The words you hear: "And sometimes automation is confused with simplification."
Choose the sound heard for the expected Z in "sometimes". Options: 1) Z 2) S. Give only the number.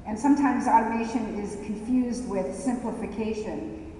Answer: 1